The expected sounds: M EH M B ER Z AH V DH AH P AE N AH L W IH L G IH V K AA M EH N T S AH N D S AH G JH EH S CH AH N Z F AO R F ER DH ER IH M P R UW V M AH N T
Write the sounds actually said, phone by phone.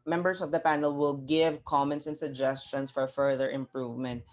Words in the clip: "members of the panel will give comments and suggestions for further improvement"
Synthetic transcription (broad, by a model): M EH M B ER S AH V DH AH P AE N AH L W IH L G IH V K AA M EH N T S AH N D S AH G JH EH S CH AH N S F AO R F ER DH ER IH M P R UW V M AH N T